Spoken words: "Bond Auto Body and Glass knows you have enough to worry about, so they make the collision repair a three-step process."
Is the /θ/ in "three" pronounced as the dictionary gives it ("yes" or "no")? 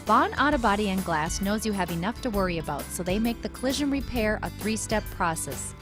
yes